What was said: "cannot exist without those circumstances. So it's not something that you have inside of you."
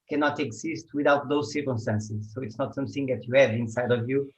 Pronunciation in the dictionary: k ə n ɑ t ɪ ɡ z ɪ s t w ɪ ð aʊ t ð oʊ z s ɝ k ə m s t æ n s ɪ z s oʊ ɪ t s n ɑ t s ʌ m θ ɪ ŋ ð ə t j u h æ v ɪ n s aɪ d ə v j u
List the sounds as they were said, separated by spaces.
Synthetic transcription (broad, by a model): k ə n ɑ t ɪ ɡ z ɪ s t w ɪ ð aʊ t ð oʊ z s ɝ k ə m s t æ n s ɪ z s oʊ ɪ t s n ɑ t s ʌ m θ ɪ ŋ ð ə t j u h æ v ɪ n s aɪ d ə v j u